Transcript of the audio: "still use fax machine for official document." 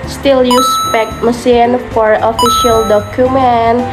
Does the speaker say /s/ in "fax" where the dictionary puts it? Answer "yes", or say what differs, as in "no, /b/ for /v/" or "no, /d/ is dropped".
no, /s/ is dropped